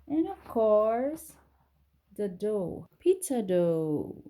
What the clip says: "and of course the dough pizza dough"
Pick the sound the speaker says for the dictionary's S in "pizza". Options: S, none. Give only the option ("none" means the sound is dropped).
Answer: none